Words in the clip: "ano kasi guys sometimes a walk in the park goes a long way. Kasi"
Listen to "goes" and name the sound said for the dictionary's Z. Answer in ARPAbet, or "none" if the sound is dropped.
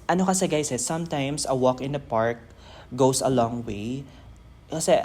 S